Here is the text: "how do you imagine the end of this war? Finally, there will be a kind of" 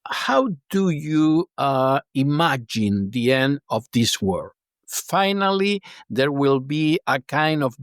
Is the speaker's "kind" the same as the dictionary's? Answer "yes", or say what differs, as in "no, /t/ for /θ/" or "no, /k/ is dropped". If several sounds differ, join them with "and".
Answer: yes